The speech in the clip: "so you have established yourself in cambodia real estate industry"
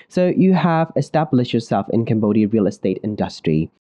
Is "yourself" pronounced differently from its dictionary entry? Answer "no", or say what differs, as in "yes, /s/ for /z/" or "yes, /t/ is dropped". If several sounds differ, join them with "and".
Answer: no